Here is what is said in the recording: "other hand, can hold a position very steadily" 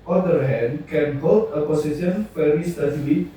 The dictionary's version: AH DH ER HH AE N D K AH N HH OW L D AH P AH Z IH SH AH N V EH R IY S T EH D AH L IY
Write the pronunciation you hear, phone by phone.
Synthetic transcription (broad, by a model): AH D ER HH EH N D K AH N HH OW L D AH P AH S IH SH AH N F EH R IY S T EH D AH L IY